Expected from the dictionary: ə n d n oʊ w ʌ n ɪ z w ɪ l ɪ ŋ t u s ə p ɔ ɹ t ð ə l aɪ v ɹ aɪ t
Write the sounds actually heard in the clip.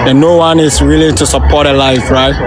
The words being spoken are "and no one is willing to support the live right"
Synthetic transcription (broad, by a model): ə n n oʊ w ʌ n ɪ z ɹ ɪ l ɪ t u s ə p ɔ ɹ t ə l aɪ f ɹ aɪ t